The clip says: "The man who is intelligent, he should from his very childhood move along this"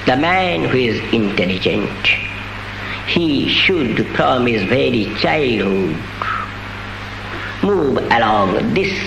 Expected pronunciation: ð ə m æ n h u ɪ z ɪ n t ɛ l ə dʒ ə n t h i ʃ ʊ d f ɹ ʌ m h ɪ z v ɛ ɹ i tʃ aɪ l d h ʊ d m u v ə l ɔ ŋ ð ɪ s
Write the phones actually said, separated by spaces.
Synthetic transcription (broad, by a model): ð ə m æ n h u ɪ z ɪ n t ɛ l ə dʒ ə n t h i ʃ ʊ d p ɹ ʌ m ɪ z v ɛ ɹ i tʃ aɪ l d h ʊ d m u v ə l ɔ ŋ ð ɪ s